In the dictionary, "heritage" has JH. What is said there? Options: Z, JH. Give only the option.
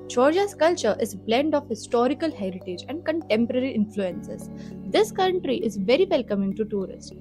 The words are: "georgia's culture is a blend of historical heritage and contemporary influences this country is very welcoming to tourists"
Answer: JH